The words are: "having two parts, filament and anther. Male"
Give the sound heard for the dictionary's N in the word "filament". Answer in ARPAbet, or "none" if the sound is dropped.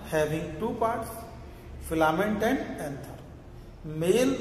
N